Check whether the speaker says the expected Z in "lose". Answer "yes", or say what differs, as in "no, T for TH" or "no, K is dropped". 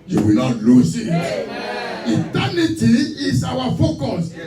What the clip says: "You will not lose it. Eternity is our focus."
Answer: no, S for Z